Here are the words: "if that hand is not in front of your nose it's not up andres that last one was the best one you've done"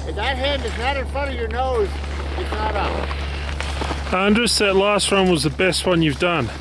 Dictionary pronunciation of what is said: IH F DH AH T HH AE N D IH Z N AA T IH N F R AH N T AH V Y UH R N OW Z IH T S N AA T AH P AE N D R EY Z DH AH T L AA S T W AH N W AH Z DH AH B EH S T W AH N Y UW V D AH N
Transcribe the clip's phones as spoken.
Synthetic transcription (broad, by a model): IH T DH AH T HH AE N D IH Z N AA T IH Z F AH T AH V Y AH R N OW Z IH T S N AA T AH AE N D R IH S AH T L AA S T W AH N W AH Z DH AH B EH S T W AH N Y UW V D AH N